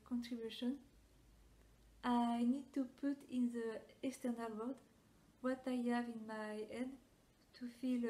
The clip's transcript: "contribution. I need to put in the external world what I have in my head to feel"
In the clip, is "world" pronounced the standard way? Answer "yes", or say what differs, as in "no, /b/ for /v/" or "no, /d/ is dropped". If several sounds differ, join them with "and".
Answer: no, /l/ is dropped